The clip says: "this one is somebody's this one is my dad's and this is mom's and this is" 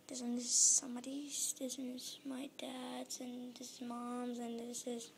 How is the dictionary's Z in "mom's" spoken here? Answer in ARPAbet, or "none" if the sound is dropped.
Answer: Z